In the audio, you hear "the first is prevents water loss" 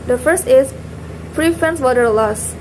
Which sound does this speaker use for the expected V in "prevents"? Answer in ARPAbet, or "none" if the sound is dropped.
F